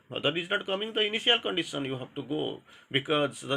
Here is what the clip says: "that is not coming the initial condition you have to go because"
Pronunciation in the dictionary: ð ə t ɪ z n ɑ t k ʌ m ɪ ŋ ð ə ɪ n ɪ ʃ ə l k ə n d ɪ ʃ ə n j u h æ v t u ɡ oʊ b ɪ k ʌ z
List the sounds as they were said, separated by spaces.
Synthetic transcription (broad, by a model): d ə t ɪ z n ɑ t k ʌ m ɪ ŋ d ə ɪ n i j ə l k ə n d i s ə n j u h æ b t u ɡ oʊ b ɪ k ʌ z